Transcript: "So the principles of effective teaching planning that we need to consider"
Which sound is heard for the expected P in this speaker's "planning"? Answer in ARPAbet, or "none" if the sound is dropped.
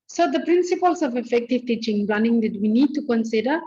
B